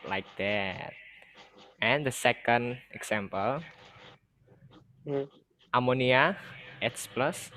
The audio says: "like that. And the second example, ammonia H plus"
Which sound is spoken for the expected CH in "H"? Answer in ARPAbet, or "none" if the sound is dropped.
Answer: S